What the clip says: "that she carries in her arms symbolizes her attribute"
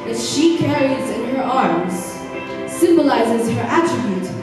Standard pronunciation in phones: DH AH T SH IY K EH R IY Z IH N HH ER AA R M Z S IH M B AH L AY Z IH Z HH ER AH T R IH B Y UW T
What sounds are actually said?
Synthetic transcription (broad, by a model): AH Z SH IY K EH R IY Z IH N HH ER AA R M Z S IH M B AH L AY Z IH Z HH ER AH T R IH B Y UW T